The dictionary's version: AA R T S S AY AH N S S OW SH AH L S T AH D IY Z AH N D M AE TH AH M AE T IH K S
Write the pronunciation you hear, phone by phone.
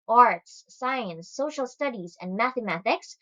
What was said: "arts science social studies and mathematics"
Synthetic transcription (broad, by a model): AA R T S S AY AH N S S OW SH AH L S T AH D IY Z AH N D M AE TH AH M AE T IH K S